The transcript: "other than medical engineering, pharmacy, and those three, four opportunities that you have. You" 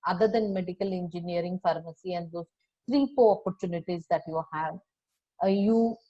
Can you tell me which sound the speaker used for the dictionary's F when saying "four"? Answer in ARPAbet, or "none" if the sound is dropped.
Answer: P